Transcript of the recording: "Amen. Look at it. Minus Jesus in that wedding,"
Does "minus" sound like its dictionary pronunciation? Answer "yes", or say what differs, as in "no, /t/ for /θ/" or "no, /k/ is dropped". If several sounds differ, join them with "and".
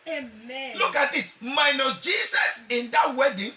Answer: no, /s/ is dropped